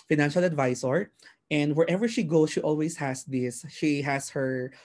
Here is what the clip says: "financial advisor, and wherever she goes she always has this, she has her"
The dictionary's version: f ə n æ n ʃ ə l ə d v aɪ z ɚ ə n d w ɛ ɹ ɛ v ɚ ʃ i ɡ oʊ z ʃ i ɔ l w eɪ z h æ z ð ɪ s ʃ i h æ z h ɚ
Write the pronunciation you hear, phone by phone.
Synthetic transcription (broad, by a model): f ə n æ n ʃ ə l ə d v aɪ s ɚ ə n d w ɛ ɹ ɛ v ɚ ʃ i ɡ oʊ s ʃ i ɔ l w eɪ s h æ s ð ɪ s ʃ i h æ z h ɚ